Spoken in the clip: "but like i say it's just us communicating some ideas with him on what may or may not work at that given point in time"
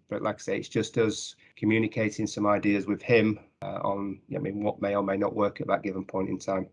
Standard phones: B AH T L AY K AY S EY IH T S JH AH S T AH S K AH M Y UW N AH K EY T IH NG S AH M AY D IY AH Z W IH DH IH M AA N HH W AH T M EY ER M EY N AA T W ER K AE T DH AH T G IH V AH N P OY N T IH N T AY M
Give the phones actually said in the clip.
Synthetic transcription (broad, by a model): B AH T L AY K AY S EY IH T S JH AH S T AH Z K AH M Y UW N AH K EY T IH NG S AH M AY D IY AH Z W IH DH IH M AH N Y W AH T M EY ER M EY N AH T W ER K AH T DH AH T G IH V AH N P OY N T IH N T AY M